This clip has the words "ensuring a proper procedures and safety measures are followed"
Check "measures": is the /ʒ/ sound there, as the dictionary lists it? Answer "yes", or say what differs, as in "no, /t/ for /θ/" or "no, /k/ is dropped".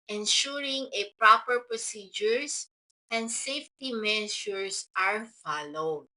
no, /ʃ/ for /ʒ/